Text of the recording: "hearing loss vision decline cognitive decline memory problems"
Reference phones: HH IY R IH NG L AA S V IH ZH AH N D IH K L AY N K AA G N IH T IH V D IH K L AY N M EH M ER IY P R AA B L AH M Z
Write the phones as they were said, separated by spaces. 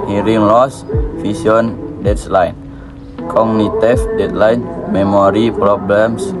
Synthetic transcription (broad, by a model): HH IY R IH NG L AA S F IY S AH N D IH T L AY N K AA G N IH T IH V D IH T L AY N M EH M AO IY P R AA B L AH M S